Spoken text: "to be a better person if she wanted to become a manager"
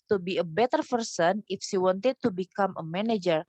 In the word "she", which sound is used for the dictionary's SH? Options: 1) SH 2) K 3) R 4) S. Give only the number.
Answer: 4